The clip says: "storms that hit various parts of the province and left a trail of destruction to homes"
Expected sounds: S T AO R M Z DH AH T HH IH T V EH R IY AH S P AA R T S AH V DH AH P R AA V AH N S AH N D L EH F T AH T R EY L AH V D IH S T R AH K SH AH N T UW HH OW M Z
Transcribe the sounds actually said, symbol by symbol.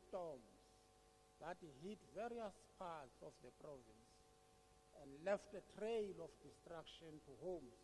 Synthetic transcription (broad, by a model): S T AO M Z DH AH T HH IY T V EH R IY AH S P AA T S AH F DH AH P R AA V AH N S AH N D L EH F T AH T R EY L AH F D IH S T R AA K SH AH N T UW HH OW M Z